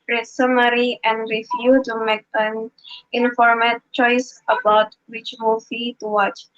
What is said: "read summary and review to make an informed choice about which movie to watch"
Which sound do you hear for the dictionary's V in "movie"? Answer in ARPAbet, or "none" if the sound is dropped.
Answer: F